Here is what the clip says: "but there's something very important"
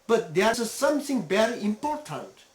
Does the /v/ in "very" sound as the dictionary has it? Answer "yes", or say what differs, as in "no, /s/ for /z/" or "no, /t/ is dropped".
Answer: no, /b/ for /v/